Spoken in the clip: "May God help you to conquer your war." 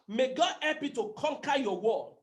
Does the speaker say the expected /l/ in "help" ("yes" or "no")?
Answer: no